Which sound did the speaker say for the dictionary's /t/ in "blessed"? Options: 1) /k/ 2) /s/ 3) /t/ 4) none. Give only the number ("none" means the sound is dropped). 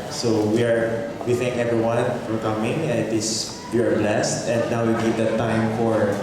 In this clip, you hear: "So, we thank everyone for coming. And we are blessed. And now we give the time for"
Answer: 3